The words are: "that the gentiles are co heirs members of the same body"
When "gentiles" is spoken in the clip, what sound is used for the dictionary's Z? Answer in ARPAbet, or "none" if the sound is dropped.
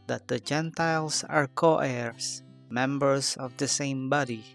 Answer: S